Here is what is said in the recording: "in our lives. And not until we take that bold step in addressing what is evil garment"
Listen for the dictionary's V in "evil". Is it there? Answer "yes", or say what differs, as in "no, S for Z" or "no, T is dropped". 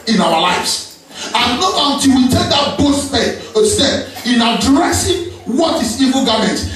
yes